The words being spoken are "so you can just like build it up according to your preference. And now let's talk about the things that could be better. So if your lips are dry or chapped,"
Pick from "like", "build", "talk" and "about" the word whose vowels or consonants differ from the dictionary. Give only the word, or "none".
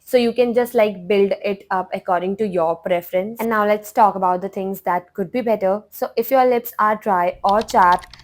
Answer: none